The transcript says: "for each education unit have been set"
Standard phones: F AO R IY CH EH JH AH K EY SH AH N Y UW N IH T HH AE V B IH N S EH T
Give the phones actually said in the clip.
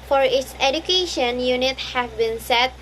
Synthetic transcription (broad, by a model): F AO R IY S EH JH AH K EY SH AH N Y UW N IH T HH AE V B IH N S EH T